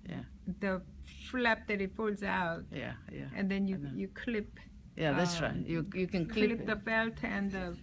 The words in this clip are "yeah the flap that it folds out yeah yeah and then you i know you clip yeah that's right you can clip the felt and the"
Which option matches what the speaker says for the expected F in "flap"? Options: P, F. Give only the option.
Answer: F